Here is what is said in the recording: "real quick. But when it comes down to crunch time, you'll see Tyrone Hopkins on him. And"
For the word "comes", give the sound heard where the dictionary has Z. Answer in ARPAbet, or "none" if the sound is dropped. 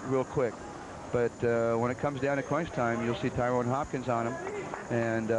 Z